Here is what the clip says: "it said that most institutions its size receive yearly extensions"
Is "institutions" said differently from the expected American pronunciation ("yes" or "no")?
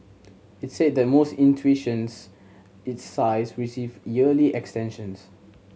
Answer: yes